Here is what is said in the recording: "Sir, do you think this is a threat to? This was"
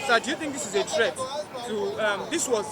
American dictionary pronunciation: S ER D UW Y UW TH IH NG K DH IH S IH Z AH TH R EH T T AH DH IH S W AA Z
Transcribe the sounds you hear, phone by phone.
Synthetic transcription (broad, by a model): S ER D UW Y UW TH IH NG K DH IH S IH Z AH T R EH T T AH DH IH S W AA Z